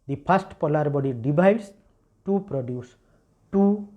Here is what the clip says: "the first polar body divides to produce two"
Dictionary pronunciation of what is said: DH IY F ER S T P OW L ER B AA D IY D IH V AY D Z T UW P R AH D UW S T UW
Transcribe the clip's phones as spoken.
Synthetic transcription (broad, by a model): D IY P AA S T P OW L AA B AA D IY D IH B AY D S T UW P R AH D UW S T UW